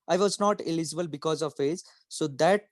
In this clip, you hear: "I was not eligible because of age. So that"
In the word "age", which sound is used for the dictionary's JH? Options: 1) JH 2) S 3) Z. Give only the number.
3